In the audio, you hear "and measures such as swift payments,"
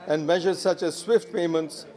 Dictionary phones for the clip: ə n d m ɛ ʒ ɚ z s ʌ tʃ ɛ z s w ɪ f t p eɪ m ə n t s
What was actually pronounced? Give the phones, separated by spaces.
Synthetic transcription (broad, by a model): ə n d m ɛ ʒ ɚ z s ʌ tʃ ɛ z s w ɪ f t p eɪ m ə n t s